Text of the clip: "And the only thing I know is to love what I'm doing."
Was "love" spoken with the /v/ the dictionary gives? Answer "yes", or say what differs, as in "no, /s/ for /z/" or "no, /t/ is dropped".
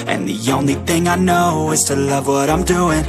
yes